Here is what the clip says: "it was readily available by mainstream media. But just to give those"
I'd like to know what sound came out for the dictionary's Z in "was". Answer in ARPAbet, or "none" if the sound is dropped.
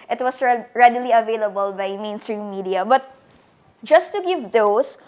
S